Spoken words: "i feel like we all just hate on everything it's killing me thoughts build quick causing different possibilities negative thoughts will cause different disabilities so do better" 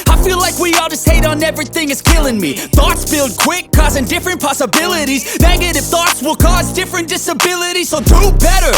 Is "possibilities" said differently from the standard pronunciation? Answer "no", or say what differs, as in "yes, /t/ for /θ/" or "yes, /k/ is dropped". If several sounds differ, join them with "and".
no